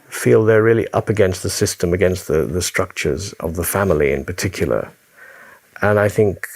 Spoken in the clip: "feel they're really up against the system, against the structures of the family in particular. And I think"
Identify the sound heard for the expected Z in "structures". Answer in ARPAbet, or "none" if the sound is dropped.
Z